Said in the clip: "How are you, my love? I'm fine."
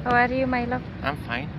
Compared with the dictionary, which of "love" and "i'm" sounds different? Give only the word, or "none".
love